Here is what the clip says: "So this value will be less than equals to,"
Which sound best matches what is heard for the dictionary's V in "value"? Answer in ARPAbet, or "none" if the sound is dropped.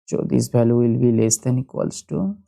B